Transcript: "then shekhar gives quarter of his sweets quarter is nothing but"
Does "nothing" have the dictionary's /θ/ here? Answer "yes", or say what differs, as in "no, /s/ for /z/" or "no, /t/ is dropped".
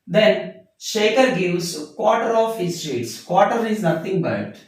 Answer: no, /t/ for /θ/